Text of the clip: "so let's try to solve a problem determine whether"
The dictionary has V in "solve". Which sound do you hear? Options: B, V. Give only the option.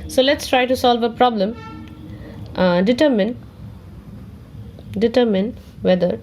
V